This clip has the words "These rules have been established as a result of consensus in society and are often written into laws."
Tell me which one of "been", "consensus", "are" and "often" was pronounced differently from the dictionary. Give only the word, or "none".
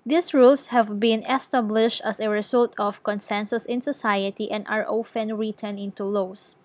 none